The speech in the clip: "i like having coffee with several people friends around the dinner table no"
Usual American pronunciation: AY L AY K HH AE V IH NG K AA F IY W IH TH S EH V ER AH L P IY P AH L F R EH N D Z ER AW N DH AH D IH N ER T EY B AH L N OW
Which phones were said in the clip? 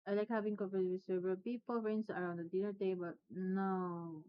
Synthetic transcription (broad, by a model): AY L AY K HH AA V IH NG K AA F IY W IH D S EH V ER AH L P IY P AH L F R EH N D S ER AW N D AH D IH N ER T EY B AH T N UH